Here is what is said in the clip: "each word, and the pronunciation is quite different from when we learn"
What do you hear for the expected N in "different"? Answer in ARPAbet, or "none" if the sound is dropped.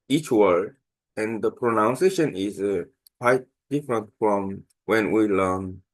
N